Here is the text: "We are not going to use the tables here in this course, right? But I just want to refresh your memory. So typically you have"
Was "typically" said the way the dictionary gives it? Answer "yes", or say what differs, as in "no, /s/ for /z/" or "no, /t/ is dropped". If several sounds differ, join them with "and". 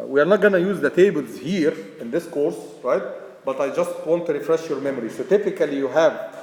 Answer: yes